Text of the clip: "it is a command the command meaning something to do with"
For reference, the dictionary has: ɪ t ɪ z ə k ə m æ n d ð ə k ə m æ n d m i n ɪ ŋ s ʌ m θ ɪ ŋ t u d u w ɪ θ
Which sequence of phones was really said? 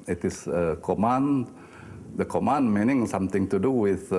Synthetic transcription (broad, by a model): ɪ t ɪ s ə k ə m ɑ n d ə k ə m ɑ n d m i n ɪ ŋ s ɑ m t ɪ ŋ t u d u w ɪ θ